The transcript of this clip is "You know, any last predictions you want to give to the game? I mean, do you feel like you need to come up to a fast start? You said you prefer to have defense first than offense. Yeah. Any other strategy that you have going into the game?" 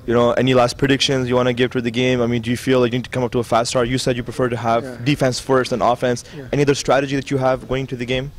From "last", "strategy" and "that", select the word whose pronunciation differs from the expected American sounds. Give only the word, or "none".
none